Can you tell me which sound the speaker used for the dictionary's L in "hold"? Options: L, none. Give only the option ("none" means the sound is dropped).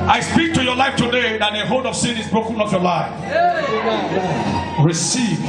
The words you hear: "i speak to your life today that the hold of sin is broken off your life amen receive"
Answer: none